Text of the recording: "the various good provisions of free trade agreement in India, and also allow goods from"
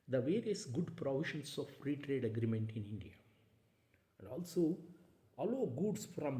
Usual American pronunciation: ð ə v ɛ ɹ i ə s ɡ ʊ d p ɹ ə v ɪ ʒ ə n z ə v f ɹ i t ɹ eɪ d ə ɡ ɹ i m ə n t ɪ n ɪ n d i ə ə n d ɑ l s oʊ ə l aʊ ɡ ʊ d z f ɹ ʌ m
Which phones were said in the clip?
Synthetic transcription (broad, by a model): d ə v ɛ ɹ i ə s ɡ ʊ d p ɹ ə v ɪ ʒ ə n s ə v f ɹ i t ɹ eɪ d ə ɡ ɹ i m ə n t ɪ n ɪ n d i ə ə n d ɑ l s oʊ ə l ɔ ɡ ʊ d s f ɹ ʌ m